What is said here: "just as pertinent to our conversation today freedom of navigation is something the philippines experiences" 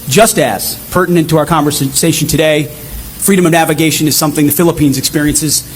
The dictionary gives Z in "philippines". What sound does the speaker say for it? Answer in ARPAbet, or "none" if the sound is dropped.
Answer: Z